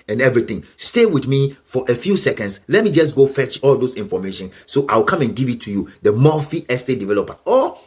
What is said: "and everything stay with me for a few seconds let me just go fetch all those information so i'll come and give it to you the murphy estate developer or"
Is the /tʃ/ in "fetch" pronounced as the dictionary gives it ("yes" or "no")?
yes